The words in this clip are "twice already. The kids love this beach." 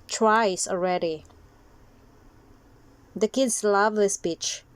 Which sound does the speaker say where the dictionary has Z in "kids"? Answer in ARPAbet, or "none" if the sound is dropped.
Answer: S